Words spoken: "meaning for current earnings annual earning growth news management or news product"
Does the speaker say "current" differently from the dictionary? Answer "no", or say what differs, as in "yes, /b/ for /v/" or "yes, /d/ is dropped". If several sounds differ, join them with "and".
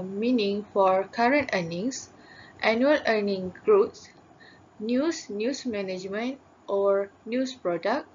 no